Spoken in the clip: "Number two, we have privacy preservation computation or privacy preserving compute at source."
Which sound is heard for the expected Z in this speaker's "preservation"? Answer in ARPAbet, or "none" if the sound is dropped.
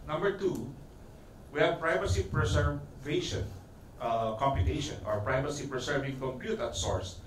S